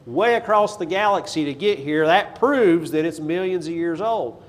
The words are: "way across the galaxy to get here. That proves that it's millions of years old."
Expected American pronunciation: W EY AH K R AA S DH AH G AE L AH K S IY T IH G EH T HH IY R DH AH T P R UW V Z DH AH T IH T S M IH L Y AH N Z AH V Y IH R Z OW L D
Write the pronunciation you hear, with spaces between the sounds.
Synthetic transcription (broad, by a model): W EY AH K R AA S DH AH G AE L AH K S IY T IH G EH T HH IY R DH AH T P R UW V Z DH AH T IH T S M IH L Y AH N Z AH V Y IH R Z OW L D